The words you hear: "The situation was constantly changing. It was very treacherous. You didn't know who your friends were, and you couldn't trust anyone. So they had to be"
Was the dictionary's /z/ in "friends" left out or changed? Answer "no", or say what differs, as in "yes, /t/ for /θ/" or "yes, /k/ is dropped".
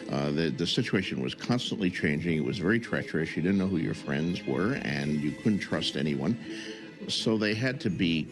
no